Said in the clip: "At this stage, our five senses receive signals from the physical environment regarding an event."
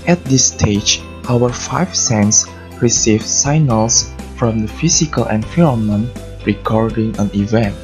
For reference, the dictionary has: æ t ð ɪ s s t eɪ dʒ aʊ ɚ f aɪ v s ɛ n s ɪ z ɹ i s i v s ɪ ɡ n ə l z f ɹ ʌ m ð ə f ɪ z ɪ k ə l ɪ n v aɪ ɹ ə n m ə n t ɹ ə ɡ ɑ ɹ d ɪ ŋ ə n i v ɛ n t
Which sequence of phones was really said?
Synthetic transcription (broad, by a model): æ t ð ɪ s s t eɪ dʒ aʊ ɚ f aɪ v s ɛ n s ɹ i s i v s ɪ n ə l s f ɹ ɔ m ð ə f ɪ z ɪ k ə l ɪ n f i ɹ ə m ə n ɹ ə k ɑ ɹ d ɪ ŋ ə n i v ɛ n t